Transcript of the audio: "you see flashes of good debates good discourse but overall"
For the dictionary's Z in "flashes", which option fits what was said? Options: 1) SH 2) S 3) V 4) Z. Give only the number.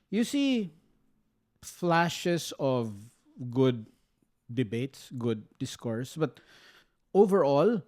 2